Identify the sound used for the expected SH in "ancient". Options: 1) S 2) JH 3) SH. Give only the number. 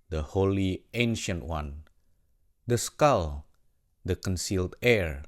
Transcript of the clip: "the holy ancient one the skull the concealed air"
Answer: 3